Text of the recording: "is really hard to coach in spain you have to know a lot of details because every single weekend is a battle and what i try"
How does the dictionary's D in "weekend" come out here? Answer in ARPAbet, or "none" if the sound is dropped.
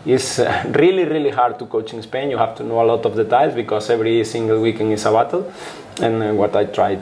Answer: none